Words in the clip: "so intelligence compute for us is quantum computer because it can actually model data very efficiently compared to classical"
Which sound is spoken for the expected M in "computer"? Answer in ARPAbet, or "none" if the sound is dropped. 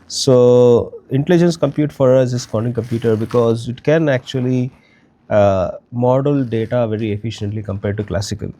M